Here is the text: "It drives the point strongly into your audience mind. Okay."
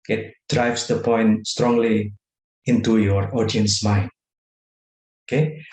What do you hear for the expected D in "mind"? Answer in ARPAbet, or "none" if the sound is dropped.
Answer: none